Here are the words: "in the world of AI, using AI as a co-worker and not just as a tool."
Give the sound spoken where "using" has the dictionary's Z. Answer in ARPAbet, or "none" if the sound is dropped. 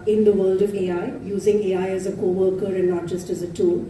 Z